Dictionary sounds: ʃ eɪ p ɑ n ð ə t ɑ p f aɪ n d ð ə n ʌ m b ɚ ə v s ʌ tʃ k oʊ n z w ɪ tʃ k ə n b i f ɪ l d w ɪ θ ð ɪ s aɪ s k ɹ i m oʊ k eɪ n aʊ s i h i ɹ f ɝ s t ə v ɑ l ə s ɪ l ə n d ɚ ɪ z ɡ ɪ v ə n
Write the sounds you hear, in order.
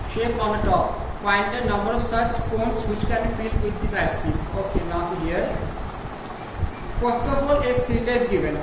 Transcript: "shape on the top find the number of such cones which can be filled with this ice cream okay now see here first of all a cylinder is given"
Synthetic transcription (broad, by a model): ʃ eɪ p ɑ n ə t ɑ p f aɪ n d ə n ʌ m b ɚ ə v s ʌ tʃ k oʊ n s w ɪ tʃ k ə n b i f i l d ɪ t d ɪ s aɪ s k i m oʊ k eɪ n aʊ s i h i ɹ f ɝ s t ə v ɑ l ə s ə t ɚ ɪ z ɡ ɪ v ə n